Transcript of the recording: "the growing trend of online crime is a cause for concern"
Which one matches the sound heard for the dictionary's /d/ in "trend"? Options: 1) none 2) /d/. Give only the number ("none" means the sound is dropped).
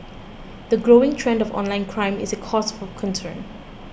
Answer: 2